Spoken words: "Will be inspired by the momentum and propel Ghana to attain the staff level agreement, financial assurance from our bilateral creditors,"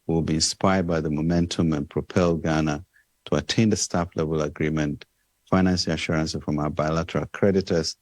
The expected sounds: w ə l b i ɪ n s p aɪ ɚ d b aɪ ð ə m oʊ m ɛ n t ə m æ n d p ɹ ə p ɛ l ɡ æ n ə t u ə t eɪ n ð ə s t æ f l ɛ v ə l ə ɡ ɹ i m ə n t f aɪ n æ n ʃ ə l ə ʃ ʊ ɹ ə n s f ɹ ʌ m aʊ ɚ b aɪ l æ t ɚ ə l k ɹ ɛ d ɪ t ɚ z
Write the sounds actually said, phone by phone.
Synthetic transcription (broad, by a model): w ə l b i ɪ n s p aɪ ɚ d b aɪ ð ə m oʊ m ɛ n t ə m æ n p ɹ ə p ɛ l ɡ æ n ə t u ə t eɪ n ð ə s t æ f l ɛ v ə l ə ɡ ɹ i m ə n t f aɪ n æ n s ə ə ʃ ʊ ɹ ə n s f ɹ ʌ m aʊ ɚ b aɪ l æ t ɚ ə l k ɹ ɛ d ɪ t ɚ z